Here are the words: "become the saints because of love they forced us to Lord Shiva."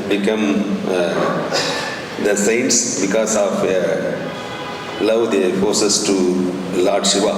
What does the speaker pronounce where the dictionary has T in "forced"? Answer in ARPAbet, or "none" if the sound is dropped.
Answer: none